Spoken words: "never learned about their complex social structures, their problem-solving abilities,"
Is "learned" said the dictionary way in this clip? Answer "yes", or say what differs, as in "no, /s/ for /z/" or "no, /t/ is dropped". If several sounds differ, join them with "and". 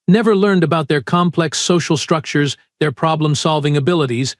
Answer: yes